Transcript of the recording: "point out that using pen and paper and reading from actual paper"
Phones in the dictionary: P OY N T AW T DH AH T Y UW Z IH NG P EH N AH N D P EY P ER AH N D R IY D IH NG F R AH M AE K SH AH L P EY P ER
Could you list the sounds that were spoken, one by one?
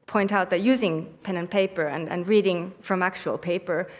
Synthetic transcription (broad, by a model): P OY N T AW T DH AH T Y UW Z IH NG P EH N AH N P EY P ER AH N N R IY D IH NG F R AH M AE K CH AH L P EY P ER